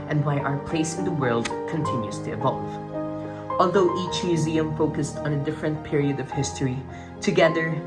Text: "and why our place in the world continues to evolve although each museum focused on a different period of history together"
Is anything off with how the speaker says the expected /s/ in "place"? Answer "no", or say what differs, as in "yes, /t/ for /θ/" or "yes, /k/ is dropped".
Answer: no